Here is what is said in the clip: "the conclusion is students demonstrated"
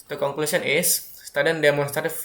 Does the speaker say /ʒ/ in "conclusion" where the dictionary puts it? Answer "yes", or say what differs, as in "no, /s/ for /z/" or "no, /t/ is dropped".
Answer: no, /s/ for /ʒ/